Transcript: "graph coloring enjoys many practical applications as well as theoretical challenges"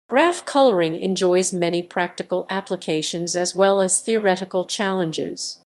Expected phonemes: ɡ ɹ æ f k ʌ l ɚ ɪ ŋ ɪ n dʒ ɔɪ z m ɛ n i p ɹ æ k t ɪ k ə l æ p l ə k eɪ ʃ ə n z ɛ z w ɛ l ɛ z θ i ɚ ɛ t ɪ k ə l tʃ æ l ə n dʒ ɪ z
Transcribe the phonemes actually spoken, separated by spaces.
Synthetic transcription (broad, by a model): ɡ ɹ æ f k ʌ l ɚ ɪ ŋ ɪ n dʒ ɔɪ z m ɛ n i p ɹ æ k t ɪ k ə l æ p l ə k eɪ ʃ ə n z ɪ z w ɛ l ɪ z θ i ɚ ɛ t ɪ k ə l tʃ æ l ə n dʒ ɪ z